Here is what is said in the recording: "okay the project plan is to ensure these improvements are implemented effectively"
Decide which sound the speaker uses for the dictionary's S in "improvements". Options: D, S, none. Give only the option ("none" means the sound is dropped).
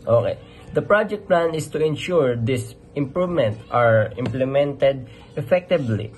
none